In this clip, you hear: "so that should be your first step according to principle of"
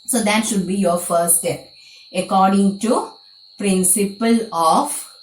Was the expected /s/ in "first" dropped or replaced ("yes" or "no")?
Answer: yes